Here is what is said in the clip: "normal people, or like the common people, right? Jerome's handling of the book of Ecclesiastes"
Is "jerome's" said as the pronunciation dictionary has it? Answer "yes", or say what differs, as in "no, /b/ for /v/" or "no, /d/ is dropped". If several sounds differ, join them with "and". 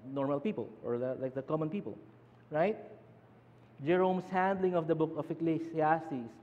no, /s/ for /z/